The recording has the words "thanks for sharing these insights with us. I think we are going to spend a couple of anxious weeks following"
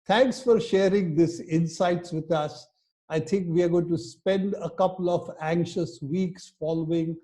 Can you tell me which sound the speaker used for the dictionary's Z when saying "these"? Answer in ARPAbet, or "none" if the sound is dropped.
S